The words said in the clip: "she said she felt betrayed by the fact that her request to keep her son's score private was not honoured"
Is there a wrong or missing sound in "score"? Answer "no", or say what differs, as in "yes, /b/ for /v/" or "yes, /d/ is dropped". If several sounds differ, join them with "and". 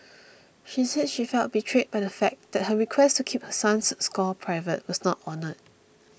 yes, /l/ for /ɹ/